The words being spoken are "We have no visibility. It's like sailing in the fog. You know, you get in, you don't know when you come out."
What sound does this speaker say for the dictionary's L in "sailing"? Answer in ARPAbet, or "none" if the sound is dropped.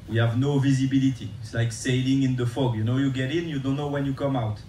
L